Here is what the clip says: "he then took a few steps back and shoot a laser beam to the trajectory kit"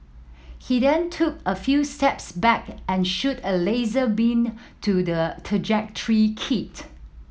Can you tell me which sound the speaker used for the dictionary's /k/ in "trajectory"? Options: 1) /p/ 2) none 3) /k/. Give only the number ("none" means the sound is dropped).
3